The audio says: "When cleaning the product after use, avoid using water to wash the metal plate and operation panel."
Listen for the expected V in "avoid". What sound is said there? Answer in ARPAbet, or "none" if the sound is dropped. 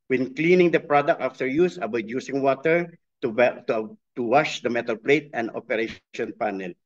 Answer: B